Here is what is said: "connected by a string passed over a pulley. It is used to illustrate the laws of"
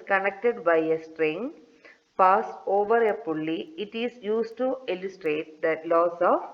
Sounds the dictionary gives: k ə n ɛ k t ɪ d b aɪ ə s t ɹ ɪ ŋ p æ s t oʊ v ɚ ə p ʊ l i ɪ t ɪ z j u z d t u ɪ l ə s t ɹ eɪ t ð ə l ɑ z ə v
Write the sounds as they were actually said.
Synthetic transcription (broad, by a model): k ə n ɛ k t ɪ d b aɪ ə s t ɹ ɪ ŋ p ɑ s oʊ v ɚ ə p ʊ l i ɪ t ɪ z j u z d t u ɪ l ə s t ɹ eɪ t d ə l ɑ s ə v